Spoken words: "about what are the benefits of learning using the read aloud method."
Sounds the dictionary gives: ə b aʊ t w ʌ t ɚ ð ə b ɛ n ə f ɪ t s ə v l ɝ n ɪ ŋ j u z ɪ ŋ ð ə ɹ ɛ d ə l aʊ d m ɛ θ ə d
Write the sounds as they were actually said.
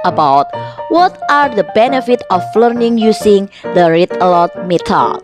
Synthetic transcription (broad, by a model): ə b aʊ t w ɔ t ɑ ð ə b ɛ n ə f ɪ t ə f l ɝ n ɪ ŋ j u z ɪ ŋ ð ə ɹ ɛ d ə l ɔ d m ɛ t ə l